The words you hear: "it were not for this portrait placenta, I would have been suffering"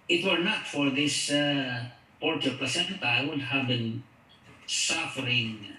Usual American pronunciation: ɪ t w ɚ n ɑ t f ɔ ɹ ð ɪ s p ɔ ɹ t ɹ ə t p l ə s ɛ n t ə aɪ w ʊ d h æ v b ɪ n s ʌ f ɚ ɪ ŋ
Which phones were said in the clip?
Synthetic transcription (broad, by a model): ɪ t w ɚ n ɑ t f ɔ ɹ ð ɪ s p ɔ ɹ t ə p ə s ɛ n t aɪ w ʊ d h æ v b ɪ n s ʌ f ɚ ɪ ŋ